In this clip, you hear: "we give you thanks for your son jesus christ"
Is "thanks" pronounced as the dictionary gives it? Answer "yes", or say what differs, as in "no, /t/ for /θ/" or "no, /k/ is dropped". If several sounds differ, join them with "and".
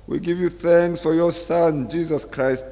yes